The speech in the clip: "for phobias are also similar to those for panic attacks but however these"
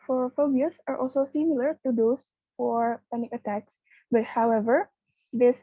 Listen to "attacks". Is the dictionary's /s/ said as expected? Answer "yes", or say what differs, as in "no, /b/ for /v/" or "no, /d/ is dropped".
yes